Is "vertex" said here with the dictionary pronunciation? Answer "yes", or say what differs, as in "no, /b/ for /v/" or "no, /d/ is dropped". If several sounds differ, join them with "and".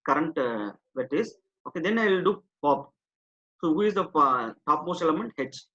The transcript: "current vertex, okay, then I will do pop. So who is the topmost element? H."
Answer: no, /k/ is dropped